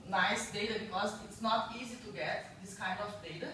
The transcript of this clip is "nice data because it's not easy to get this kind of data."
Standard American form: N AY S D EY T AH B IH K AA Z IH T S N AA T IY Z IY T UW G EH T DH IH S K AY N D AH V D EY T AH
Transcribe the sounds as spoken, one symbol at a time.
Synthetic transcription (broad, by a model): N AY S D EY T AH B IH K AA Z IH T S N AA T IY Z IY T UW G EH T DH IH S K AY N D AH F D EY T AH